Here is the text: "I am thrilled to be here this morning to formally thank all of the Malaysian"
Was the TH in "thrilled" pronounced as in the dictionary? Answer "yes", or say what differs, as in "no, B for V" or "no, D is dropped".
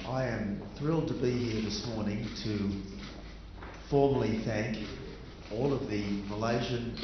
yes